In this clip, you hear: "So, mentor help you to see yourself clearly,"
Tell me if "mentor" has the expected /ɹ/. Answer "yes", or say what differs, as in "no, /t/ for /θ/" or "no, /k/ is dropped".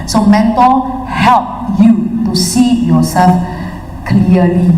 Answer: no, /l/ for /ɹ/